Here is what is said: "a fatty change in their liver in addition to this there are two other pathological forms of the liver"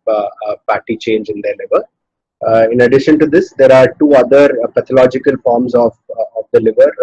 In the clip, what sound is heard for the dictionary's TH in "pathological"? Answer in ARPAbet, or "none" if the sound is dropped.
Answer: T